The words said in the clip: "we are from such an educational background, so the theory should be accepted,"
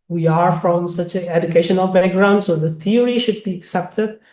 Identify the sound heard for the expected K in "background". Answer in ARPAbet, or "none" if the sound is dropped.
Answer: none